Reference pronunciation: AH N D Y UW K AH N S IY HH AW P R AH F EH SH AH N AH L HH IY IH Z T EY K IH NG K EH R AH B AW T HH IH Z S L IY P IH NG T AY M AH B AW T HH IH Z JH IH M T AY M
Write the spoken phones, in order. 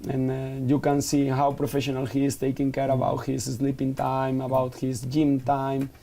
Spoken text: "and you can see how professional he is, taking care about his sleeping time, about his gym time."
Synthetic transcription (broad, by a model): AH N Y UW K AH N S IY HH AW P R AH F EH SH AH N AH L HH IY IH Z T EY K IH NG K EH R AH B AW T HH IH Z S L IY P IH NG T AY M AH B AW T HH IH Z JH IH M T AY M